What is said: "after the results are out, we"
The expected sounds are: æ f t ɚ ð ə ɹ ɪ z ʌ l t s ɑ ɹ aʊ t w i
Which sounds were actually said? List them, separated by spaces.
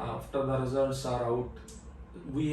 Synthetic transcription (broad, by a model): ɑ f t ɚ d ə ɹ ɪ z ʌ t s ɑ ɹ aʊ t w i